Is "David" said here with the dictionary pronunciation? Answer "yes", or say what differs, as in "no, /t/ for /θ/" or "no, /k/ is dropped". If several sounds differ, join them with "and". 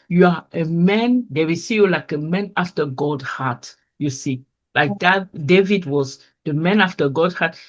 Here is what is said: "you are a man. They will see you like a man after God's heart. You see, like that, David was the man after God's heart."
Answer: yes